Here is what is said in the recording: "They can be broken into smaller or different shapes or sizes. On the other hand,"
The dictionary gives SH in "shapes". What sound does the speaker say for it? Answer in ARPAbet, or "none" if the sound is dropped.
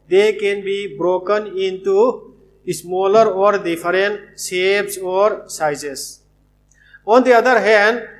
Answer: S